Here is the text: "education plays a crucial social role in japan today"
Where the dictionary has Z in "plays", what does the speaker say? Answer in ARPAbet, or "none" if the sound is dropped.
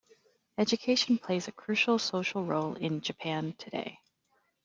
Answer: Z